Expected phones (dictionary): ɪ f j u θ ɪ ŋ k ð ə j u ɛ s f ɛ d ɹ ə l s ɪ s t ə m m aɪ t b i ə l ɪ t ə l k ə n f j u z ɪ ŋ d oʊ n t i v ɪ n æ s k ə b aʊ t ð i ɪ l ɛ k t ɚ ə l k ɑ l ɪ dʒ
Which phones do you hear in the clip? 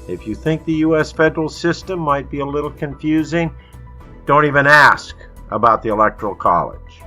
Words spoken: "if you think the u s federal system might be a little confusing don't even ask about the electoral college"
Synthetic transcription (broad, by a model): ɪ f j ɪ θ ɪ ŋ k ð ə j u ɛ s f ɛ d ɹ l s ɪ s t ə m m aɪ t b i ə l ɪ t l k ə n f j u z ɪ ŋ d oʊ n t i v ɪ n æ s k ə b aʊ t ð i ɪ l ɛ k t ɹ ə l k ɑ l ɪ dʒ